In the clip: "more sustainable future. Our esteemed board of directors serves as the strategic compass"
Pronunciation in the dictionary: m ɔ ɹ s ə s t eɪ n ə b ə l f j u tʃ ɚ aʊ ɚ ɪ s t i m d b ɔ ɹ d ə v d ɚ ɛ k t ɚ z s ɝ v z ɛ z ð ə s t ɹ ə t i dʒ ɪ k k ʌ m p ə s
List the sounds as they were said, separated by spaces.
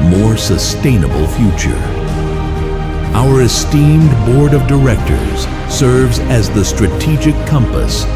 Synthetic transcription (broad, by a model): m ɔ ɹ s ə s t eɪ n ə b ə l f j u tʃ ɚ aʊ ɚ ɪ s t i m d b ɔ ɹ d ə v d ɚ ɛ k t ɚ z s ɝ v z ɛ z ð ə s t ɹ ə t i dʒ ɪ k k ʌ m p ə s